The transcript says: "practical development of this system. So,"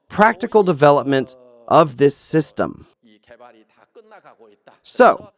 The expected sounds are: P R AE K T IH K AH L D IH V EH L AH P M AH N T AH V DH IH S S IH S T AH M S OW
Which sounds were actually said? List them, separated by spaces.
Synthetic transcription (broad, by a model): P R AE K T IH K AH L D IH V EH L AH P M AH N T AH V DH IH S S IH S T AH M S OW